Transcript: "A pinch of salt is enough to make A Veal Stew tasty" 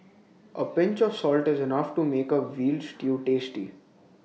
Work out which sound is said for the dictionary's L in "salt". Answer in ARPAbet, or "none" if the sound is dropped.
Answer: L